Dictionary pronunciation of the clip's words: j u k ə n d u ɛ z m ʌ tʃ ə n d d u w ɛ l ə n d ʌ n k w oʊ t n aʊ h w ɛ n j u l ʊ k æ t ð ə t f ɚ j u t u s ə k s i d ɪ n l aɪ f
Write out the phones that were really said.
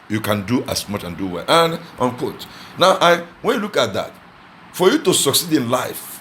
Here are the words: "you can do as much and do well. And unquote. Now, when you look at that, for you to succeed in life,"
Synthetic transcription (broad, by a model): j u k ə n d u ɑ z m ʌ tʃ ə n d d u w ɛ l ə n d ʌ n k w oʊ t n aʊ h w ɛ n j u l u k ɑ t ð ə t f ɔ j u t u s ə k s i d ɪ n l aɪ f